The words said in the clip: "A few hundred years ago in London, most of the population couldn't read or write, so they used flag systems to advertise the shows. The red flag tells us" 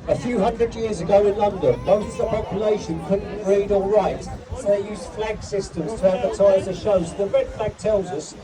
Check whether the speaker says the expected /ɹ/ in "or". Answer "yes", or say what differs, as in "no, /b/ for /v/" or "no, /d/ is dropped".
no, /l/ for /ɹ/